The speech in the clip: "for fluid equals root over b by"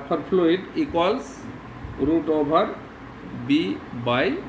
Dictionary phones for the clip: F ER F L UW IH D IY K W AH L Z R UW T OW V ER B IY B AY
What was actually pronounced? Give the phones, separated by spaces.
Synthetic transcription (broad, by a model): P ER P L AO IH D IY K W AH L S R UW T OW B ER B IY B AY